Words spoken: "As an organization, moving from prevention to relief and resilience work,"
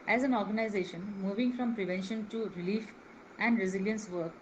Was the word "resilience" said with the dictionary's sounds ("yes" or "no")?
yes